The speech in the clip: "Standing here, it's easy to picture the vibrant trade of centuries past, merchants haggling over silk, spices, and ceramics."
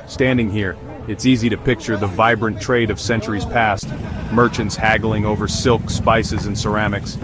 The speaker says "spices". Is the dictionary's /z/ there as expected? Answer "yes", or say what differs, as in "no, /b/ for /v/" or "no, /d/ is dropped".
yes